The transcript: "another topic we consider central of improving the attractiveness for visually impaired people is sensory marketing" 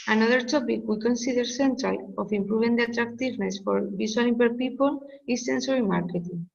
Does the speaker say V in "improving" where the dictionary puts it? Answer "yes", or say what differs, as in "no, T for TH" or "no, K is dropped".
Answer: no, B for V